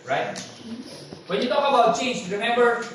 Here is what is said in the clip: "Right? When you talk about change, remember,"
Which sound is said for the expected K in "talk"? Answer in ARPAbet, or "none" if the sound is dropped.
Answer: none